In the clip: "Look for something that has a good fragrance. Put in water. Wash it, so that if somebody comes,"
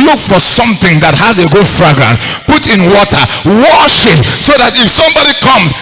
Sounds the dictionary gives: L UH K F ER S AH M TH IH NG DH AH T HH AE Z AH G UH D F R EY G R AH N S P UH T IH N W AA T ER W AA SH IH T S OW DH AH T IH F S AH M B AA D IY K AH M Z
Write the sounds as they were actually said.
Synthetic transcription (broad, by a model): L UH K F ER S AH M TH IH NG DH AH T HH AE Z AH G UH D F R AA G R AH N P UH T IH N W AA T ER W AA SH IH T S OW DH AH T IH F S AH M B AA D IY K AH M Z